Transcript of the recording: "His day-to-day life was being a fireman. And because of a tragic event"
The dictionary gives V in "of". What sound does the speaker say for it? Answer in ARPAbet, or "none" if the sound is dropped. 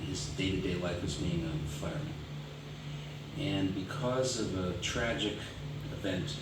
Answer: V